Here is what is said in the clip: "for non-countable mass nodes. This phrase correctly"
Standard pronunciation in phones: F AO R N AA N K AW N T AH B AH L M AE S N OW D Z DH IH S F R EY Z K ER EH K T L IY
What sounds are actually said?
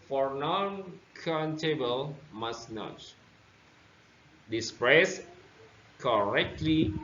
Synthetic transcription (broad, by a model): F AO R N AA N K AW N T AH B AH L M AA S N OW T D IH S P R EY S K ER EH K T L IY